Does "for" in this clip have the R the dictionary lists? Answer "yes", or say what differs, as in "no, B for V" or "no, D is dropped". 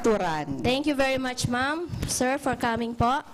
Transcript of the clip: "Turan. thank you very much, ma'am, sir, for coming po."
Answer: yes